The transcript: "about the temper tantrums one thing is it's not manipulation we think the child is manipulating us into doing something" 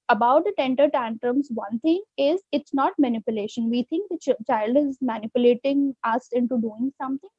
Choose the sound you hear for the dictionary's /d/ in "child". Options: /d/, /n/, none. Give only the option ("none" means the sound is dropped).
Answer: /d/